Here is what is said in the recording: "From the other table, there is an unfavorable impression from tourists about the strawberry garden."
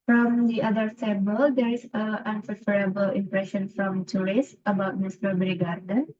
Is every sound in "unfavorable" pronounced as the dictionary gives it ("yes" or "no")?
no